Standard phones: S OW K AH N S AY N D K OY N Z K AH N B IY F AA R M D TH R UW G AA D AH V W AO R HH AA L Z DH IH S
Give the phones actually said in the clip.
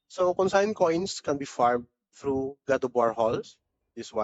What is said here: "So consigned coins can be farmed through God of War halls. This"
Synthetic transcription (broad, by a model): S OW K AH N S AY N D K OY N S K AH N B IY F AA R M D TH R UW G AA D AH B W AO R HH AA L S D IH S